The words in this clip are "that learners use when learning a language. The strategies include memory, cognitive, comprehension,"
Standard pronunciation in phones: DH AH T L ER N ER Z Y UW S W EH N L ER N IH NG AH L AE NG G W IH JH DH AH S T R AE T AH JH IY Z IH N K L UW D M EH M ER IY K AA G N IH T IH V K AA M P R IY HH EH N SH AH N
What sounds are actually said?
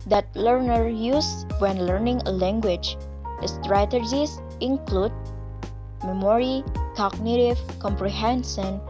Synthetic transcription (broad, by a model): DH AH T L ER N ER Y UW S W EH N L ER N IH NG AH L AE NG G W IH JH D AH S T R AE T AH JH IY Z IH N K L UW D M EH M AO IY K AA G N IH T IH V K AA M P R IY HH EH N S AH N